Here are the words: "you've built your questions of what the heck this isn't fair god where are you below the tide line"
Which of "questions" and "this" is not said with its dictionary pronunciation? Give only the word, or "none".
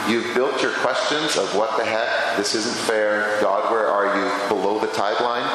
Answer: none